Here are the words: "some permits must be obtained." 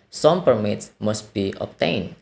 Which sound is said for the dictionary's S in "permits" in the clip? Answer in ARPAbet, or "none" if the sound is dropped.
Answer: S